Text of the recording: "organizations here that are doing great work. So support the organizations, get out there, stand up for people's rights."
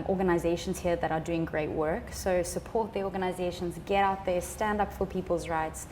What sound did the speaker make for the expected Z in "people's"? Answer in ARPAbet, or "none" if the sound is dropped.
Z